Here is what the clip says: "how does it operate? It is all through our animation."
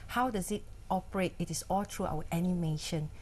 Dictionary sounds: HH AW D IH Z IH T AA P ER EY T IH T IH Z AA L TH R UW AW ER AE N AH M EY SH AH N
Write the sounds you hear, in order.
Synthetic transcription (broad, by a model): HH AW D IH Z IH T AA P ER EY T IH T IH S AA L T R UW AW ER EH N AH M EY SH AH N